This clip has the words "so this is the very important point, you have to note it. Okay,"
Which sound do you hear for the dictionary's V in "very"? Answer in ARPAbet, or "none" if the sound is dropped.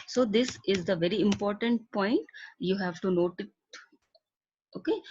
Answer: V